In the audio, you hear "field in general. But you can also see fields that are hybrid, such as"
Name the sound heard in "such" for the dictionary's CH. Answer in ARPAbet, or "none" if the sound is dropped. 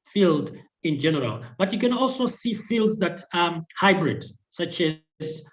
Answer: CH